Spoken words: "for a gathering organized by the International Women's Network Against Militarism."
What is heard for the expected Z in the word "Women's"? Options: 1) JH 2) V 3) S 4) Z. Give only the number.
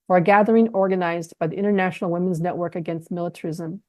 4